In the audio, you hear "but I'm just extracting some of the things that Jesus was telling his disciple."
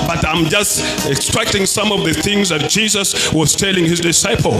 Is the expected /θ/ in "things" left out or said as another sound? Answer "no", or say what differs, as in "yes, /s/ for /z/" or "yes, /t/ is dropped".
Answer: no